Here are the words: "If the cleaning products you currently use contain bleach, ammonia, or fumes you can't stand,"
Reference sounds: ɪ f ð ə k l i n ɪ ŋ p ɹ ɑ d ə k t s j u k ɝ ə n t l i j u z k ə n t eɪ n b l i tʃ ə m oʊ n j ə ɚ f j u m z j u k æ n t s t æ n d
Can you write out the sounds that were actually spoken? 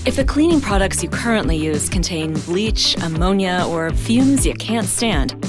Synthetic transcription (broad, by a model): ɪ f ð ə k l i n ɪ ŋ p ɹ ɑ d ə k t s j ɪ k ɝ ə n t l i j u z k ə n t eɪ n b l i tʃ ə m oʊ n j ə ɚ f j u m z j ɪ k æ n t s t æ n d